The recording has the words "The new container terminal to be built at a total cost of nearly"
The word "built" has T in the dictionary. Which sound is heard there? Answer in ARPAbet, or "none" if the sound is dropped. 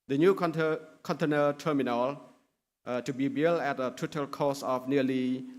none